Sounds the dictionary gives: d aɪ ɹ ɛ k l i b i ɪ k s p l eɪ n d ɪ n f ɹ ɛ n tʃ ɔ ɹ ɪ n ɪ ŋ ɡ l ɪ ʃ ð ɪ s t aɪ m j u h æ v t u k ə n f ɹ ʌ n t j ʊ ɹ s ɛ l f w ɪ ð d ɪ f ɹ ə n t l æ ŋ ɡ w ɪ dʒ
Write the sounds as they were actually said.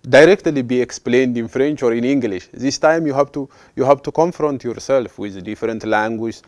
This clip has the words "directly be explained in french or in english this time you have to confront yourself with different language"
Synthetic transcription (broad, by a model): d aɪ ɹ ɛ k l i b i ɪ k s p l eɪ n d ɪ n f ɹ ɛ n tʃ ɔ ɹ ɪ n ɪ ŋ ɡ l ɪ ʃ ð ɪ s t aɪ m j u h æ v t u k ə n f ɹ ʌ n t j ʊ ɹ s ɛ l f w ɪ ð d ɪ f ɹ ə n t l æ ŋ ɡ w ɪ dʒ